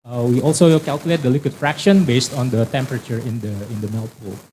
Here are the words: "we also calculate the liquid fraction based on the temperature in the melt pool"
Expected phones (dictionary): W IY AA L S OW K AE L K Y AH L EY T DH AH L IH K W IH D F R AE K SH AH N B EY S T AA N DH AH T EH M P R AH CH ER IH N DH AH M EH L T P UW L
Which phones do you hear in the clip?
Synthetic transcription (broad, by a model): W IY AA L S OW K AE L K Y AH L EY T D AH L IH K W IH D F R AE K SH AH N B EY S T AA N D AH T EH M P R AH CH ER IH N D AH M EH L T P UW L